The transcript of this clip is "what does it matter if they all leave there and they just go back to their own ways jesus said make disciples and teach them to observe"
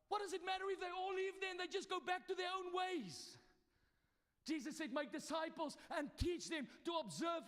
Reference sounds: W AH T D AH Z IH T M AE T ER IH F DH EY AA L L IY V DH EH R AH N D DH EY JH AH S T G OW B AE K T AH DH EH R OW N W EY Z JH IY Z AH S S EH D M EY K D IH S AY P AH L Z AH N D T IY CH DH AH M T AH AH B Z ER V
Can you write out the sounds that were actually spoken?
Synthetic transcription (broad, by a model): W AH T D AH Z IH T M AE T ER IH F DH EY AA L L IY V DH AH N DH EY JH AH S G OW B AE K T AH DH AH R OW N W EY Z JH IY Z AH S S EH D M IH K D IH S AY P AH L Z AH N T IY CH DH AH M T AH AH B Z ER V